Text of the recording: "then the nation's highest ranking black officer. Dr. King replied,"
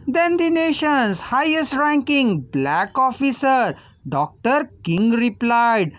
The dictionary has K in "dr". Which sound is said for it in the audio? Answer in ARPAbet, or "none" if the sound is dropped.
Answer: K